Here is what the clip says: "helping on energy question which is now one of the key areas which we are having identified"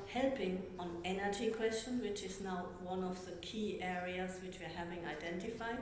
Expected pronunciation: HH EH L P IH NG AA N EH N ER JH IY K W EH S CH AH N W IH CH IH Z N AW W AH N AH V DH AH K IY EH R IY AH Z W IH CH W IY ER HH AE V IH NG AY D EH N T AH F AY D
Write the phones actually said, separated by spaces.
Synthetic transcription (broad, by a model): HH EH L P IH NG AA N EH N ER JH IY K W EH S CH AH N W IH CH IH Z N AW W AH N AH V DH AH K IY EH R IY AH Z W IH CH W IY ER HH AE V IH NG AY D EH N T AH F AY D